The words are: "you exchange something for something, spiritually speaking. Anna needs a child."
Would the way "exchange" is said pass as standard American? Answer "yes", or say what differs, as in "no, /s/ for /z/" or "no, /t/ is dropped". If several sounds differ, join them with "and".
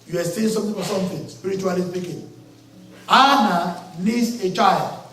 no, /k/ is dropped and /tʃ/ is dropped